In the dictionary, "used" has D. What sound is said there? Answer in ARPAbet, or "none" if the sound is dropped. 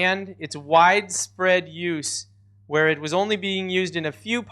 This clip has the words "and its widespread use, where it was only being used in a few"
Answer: D